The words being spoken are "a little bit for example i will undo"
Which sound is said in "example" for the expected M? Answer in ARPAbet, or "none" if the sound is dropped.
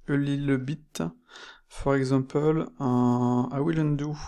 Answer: none